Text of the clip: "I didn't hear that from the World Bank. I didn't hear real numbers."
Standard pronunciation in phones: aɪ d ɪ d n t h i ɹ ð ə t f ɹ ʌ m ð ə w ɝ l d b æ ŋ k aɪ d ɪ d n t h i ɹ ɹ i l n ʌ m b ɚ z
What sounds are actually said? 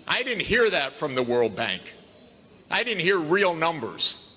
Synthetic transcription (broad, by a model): aɪ d ɪ d n t h i ɹ ð ə t f ɹ ʌ m ð ə w ɝ l d b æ ŋ k aɪ d ɪ d n t h i ɹ ɹ i l n ʌ m b ɚ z